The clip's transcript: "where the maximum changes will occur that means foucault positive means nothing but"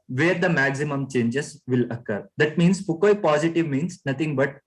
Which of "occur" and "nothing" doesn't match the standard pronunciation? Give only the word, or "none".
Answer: nothing